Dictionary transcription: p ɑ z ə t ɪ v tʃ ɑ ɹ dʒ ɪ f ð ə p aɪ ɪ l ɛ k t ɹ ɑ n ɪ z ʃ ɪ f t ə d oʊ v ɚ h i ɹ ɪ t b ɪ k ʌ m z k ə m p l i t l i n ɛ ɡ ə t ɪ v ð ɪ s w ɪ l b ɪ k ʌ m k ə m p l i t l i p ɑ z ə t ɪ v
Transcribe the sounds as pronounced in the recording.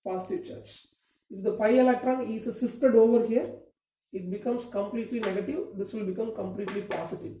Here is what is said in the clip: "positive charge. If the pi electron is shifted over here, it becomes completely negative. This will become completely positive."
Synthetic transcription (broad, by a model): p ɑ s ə t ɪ v tʃ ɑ ɹ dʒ ɪ f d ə p aɪ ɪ l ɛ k t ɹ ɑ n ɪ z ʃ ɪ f t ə d oʊ v ɚ h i ɹ ɪ t b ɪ k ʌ m s k ə m p l i t l i n ɛ ɡ ə t ɪ v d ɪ s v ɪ l b ɪ k ʌ m k ə m p l i t l i p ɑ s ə t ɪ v